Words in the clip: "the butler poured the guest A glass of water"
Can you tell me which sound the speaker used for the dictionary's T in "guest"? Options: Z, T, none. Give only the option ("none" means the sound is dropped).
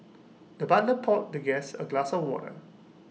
none